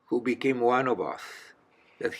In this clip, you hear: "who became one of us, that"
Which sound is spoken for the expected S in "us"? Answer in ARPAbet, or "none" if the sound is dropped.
TH